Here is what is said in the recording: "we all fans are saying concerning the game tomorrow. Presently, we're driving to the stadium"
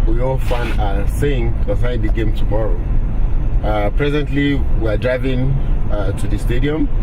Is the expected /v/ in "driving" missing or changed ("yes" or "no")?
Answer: no